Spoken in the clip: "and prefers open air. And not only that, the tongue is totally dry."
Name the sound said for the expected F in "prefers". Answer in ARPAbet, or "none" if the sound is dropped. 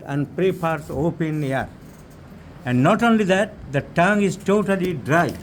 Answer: P